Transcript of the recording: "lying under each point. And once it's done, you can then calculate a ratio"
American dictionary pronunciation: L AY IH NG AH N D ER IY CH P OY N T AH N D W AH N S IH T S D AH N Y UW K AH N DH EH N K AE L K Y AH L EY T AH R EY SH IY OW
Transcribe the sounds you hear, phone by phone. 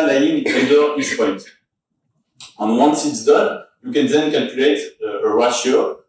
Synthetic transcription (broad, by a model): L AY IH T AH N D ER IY S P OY T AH N W AH N S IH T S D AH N Y UW K AH N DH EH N K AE L K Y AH L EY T AH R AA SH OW